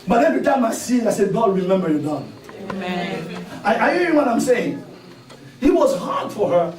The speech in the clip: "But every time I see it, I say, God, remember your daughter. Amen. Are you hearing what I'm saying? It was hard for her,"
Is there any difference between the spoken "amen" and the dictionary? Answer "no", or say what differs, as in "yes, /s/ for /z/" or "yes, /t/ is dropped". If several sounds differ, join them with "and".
yes, /m/ is dropped and /n/ is dropped